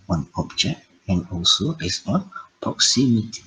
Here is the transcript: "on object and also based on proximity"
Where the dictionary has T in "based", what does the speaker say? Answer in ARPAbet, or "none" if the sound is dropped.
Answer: none